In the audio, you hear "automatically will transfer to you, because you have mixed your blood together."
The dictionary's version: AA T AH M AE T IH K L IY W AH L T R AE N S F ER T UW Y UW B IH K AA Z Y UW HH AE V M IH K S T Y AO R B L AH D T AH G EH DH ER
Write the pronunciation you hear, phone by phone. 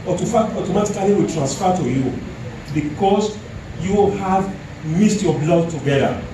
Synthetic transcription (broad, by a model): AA T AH M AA T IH K L IY W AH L T R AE N S F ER T UW Y UW B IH K AA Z Y UW HH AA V M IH S T Y AO B L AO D T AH G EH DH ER